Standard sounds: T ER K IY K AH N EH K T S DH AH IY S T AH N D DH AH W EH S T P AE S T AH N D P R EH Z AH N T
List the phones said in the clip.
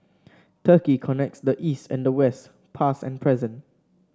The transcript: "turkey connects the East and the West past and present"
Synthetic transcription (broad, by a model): T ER K IY K AH N EH K T S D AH IY S T AH N D AH W EH S T P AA S AH N P R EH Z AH N